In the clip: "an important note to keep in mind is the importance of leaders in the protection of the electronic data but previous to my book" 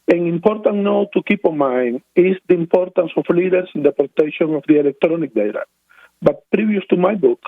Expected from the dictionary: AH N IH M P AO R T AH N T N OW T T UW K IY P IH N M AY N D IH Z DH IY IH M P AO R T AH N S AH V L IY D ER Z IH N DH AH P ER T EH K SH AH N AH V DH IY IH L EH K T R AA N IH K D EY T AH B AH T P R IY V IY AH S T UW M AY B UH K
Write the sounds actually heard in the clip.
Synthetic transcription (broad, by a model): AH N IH M P AO R T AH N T N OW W T UW K IY P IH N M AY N IH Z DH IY IH M P AO R T AH N S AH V L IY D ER S IH N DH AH P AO T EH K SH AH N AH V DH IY IH L EH K T R AA N IH K D EY T AH B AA T P R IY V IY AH S T UW M AY B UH K